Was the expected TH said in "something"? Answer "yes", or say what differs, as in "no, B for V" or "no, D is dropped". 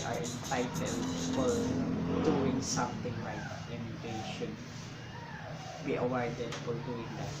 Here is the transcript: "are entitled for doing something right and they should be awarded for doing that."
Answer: no, T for TH